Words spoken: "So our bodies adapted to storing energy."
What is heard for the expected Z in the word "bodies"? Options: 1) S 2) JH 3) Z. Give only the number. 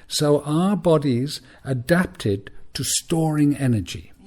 3